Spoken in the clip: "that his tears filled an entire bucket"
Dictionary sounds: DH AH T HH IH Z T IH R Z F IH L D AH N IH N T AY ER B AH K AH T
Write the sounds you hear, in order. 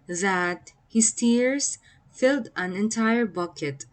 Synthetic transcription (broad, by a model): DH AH T HH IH S T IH R S F IH L D AH N IH N T AY ER B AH K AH T